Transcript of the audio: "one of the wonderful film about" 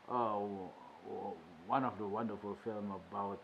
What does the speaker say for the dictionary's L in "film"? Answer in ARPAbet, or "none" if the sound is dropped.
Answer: L